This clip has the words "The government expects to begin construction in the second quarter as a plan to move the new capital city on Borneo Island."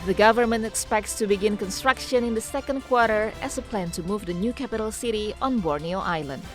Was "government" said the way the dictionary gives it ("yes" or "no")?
yes